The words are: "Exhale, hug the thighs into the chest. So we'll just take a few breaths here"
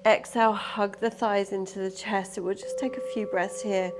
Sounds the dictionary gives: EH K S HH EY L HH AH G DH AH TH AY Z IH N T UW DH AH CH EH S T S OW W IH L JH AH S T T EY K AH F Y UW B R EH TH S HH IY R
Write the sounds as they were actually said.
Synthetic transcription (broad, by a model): EH K S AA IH L HH AH G DH AH TH AY Z IH N T UW DH AH CH EH S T W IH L JH AH S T T EY K AH F Y UW B R EH TH S HH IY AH